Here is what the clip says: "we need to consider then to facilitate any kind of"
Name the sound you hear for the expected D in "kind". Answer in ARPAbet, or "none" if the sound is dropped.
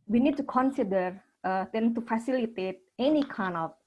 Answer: none